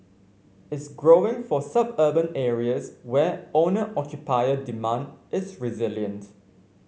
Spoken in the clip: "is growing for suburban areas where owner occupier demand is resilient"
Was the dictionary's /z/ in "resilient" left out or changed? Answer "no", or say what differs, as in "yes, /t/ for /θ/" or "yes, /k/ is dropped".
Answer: no